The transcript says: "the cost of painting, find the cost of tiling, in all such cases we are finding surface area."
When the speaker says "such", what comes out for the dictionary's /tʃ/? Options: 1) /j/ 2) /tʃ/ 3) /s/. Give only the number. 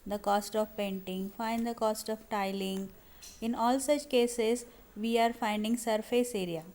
2